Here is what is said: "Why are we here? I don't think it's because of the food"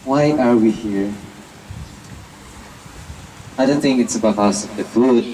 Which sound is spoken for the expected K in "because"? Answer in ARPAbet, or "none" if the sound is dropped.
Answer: none